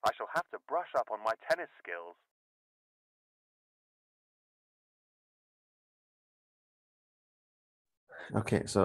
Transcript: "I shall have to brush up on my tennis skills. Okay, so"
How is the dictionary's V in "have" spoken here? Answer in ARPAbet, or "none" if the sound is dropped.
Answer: F